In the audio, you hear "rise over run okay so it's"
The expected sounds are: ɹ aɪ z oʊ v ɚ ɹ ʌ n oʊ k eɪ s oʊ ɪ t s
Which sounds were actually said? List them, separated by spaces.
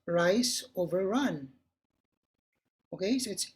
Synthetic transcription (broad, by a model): ɹ aɪ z oʊ v ɚ ɹ ʌ n oʊ k eɪ s oʊ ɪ t s